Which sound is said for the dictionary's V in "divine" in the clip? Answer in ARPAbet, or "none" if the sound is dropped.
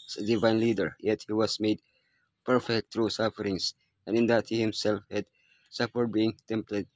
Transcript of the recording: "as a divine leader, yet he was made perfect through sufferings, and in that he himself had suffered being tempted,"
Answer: V